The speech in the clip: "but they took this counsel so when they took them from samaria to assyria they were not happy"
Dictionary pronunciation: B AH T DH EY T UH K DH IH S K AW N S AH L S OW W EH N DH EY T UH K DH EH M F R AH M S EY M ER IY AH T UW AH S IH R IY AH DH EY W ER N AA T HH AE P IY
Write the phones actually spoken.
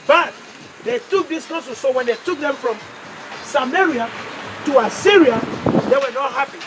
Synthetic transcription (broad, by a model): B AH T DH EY T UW K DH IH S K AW S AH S S OW W EH N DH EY T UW K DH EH M F R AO M S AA M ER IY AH T UW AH S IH R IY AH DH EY W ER N AA T HH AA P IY